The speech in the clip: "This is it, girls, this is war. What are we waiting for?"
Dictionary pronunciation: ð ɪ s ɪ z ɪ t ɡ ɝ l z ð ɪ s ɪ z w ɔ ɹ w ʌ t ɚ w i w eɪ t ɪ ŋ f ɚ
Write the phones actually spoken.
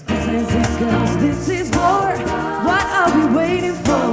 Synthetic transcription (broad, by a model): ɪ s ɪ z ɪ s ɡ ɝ z ð ɪ s ɪ z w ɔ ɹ w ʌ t ɚ w i w eɪ t ɪ ŋ f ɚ